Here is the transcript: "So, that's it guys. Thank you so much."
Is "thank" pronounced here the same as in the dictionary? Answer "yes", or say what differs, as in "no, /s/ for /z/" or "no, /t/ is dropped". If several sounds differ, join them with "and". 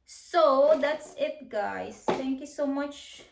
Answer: no, /t/ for /θ/